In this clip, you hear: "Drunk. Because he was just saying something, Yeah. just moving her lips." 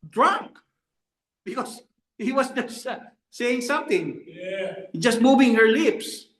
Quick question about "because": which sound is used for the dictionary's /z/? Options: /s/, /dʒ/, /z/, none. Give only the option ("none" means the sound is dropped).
/s/